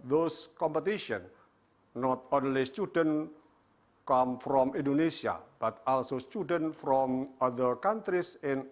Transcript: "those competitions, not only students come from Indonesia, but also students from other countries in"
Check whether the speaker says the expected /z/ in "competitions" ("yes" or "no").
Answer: no